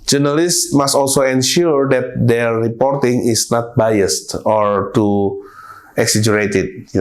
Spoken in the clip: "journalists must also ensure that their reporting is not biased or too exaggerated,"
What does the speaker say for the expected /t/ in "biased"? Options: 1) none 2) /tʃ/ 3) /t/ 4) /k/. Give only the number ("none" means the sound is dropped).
3